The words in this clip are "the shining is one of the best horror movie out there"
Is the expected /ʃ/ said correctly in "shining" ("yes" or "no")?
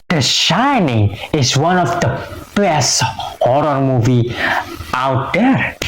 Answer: yes